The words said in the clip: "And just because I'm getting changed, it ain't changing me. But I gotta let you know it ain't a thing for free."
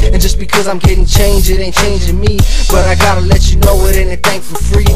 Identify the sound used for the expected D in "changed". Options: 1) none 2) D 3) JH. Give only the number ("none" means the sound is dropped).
1